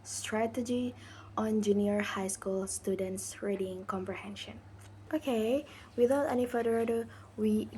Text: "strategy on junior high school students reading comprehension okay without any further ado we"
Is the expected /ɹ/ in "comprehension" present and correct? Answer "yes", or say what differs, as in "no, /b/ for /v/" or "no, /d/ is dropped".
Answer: yes